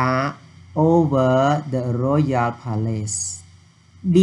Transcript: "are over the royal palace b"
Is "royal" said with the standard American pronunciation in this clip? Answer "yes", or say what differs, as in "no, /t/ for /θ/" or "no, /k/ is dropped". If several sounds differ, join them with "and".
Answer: yes